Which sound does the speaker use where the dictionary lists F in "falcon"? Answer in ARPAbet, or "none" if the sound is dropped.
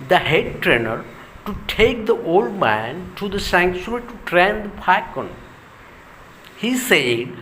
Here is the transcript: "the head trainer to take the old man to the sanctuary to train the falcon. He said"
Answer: P